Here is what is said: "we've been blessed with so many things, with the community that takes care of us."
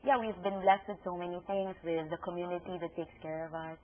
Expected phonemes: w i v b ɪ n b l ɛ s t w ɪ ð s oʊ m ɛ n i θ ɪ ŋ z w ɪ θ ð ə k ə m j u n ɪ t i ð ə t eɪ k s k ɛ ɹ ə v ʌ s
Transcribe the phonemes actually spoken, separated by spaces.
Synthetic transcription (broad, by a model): w i v b ɪ n b l ɛ s t w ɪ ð s oʊ m ɛ n i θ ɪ ŋ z w ɪ ð ə k ə m j u n ɪ t i ð ə t eɪ k s k ɛ ɹ ə v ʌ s